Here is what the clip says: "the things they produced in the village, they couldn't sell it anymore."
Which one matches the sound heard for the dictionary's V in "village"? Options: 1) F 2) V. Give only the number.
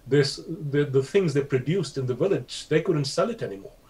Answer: 2